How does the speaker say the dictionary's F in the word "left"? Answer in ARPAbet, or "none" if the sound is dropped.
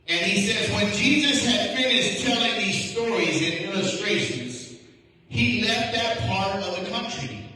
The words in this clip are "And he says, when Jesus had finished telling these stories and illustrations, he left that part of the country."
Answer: F